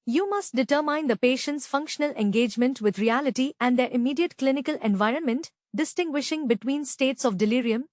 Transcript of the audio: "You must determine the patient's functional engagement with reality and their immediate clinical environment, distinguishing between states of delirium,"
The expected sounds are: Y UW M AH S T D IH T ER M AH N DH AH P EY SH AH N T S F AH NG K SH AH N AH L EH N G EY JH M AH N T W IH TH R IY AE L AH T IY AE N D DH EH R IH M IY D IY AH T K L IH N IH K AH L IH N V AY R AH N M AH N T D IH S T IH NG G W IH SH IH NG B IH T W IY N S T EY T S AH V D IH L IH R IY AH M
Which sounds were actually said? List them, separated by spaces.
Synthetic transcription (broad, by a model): Y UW M AH S T D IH T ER M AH N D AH P EY SH AH N T S F AH NG K SH AH N AH L EH N G EY JH M AH N T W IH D R IY AE L AH T IY AE N D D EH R IH M IY D IY AH T K L IH N IH K AH L IH N V AY R AH N M AH N T D IH S T IH NG G W IH SH IH NG B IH T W IY N S T EY T S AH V D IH L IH R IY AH M